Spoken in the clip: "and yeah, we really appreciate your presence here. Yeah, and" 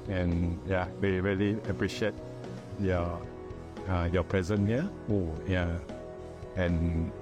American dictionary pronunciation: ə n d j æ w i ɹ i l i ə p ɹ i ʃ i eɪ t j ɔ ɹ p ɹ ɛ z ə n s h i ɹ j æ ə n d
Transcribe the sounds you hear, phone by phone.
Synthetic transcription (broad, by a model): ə n j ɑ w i ɹ i l i ə p ɹ i ʃ i eɪ t j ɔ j p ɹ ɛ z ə n h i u j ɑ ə n